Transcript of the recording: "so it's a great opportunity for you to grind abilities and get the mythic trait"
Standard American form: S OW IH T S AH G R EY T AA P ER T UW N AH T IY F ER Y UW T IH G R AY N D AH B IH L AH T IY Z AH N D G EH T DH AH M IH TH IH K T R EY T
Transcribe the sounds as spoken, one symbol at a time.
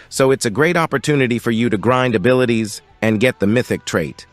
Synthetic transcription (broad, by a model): S OW IH T S AH G R EY T AA P ER T UW N AH T IY F ER Y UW T IH G R AY N D AH B IH L AH T IY Z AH N G EH T DH AH M IH TH IH K T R EY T